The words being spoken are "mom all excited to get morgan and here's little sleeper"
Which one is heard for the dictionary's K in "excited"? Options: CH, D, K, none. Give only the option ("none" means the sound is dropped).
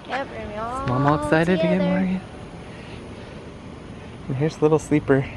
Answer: K